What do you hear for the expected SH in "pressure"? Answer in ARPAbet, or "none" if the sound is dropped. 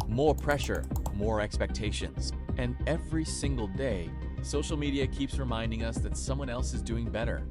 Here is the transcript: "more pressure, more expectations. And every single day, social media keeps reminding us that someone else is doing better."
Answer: SH